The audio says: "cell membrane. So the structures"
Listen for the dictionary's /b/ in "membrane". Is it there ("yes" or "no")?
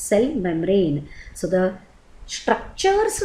no